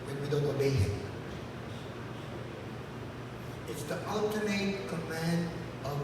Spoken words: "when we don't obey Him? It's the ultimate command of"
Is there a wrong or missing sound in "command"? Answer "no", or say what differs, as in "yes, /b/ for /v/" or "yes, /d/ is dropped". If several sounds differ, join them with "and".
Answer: no